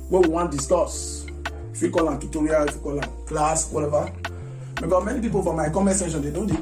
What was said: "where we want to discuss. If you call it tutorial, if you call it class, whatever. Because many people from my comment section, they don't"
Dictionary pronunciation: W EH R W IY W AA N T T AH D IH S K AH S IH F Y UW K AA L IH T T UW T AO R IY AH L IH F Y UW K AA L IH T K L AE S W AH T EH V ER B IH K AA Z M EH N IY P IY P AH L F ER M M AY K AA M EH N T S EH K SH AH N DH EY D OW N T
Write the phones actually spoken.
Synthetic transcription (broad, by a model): W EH W IY W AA N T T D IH S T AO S IH F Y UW K AA L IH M T UW T AO R IY AH L IH F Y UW K AA L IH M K L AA S W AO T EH V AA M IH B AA M EH N IY P IY P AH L F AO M M AY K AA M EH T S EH SH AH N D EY D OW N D